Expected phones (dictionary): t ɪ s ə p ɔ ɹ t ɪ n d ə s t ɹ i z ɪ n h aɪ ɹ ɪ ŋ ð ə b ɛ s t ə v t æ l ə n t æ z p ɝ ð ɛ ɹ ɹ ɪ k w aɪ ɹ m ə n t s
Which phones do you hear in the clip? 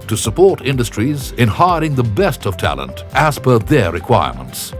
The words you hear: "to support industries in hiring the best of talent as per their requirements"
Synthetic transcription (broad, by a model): t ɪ s ə p ɔ ɹ t ɪ n d ə s t ɹ i z ɪ n h aɪ ɹ ɪ ŋ ð ə b ɛ s t ə v t æ l ə n t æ s p ɝ ð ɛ ɹ ɹ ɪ k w aɪ ɹ m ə n t s